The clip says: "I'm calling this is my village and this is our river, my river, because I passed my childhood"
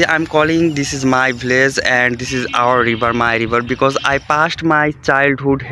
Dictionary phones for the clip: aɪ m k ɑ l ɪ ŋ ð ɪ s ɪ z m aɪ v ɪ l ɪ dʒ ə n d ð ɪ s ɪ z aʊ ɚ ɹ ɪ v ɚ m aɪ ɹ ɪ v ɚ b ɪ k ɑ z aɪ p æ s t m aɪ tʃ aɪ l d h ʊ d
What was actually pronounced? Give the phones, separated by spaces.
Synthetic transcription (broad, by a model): aɪ m k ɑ l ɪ ŋ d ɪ s ɪ z m aɪ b l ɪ z ə n d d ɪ s ɪ z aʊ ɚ ɹ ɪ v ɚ m aɪ ɹ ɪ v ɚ b ɪ k ɑ z aɪ p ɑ s t m aɪ tʃ aɪ l d h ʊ d